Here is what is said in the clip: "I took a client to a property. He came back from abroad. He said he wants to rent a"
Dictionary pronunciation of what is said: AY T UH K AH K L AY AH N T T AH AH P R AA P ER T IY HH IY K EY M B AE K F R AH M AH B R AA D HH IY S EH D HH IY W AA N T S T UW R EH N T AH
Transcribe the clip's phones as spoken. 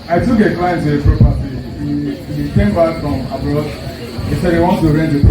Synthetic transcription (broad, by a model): AY T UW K AH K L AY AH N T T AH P R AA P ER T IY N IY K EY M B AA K F R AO M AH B L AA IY S EH D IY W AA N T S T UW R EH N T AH